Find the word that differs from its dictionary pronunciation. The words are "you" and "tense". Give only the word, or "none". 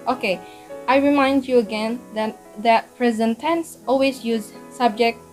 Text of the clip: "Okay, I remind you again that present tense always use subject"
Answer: none